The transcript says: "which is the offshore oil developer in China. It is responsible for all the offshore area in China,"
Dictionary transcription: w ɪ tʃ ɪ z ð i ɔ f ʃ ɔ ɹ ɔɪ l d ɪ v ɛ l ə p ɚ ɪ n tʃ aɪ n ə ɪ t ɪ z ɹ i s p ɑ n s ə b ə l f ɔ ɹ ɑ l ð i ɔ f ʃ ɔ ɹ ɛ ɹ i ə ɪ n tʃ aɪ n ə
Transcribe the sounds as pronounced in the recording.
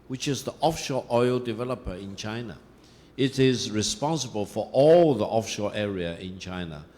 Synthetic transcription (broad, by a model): w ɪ tʃ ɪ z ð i ɔ f ʃ ɔ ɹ ɔɪ l d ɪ v ɛ l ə p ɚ ɪ n tʃ aɪ n ə ɪ t ɪ z ɹ i s p ɑ n s ə b ə l f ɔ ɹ ɑ l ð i ɔ f ʃ ɔ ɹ ɛ ɹ i ə ɪ n tʃ aɪ n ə